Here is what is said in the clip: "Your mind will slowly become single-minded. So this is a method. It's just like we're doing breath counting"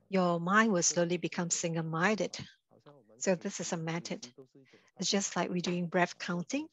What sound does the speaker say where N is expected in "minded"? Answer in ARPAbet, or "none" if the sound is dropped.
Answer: none